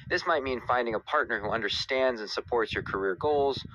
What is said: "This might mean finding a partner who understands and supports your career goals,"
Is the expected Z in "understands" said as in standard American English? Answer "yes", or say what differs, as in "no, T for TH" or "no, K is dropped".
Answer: yes